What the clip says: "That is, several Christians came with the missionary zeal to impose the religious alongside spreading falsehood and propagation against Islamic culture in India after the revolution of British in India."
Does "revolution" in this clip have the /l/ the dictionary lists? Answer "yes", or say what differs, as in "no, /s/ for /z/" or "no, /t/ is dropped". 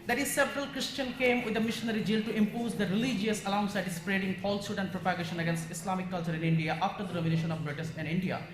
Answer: no, /n/ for /l/